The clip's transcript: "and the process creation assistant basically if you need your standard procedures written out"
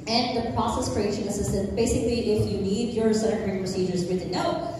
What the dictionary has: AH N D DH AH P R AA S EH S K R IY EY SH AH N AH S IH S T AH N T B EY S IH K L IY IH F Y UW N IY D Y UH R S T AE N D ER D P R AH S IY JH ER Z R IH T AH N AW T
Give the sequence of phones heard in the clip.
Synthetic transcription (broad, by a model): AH N DH AH P R AA S EH S K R IY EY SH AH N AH S IH S T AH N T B EY S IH K L IY IH F Y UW N IY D Y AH R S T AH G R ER P R AH S IY JH ER Z W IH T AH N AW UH